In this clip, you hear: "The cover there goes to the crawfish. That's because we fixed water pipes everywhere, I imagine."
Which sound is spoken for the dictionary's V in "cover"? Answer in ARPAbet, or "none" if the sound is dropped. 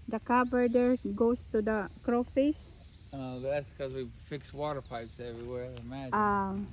B